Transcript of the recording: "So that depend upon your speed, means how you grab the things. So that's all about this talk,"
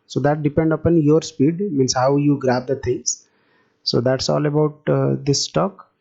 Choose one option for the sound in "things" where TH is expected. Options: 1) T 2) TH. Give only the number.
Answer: 1